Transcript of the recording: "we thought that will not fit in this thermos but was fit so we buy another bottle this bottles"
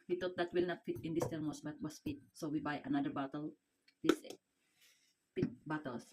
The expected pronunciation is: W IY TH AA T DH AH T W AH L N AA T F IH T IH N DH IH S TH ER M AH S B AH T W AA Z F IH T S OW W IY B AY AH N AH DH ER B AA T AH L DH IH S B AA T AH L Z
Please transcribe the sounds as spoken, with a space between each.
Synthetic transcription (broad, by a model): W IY T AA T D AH T W AH L N AA T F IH T IH N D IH S T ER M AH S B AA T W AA S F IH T S OW W IY B AY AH N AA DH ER B AA T AH L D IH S B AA T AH L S